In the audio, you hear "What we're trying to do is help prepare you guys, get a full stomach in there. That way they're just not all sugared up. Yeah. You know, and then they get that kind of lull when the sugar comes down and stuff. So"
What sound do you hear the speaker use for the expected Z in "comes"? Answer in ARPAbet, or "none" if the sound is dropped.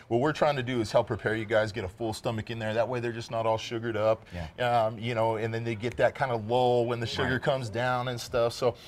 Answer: Z